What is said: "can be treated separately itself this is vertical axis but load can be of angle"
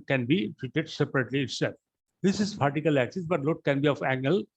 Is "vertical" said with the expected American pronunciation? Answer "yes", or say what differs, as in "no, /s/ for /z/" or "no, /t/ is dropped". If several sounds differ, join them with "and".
no, /p/ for /v/